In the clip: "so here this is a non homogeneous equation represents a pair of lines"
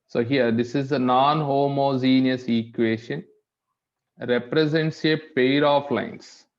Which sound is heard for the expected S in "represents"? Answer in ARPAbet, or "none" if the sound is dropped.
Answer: S